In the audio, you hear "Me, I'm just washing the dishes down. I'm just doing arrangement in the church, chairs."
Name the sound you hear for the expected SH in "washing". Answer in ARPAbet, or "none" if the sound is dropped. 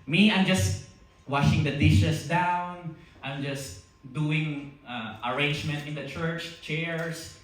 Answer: SH